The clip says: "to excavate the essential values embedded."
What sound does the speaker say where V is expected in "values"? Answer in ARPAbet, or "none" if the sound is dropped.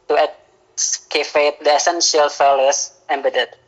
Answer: F